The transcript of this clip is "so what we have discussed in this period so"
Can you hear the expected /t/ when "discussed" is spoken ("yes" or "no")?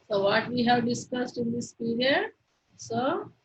yes